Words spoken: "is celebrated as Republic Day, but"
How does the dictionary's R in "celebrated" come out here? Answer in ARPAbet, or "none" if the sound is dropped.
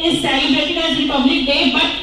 none